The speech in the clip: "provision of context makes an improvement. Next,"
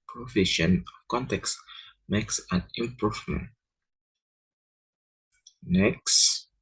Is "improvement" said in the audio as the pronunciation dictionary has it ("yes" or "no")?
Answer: yes